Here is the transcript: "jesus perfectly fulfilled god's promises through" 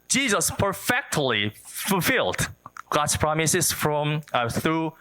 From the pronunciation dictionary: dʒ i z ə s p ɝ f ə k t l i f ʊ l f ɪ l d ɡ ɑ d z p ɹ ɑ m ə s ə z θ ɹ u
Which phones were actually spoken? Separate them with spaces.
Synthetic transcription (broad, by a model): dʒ i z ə s p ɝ f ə k t l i f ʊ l f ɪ l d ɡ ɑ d s p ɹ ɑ m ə s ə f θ ɹ u